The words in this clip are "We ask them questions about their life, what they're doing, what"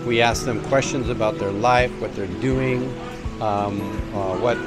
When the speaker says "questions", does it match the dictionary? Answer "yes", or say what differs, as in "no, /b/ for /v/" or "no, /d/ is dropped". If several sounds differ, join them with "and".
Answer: yes